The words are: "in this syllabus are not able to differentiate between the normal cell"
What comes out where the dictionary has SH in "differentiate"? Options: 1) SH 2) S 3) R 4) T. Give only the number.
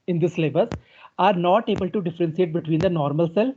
2